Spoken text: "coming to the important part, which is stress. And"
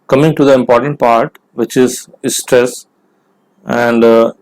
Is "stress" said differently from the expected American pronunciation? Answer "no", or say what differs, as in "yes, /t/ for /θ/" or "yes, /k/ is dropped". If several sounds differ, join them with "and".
no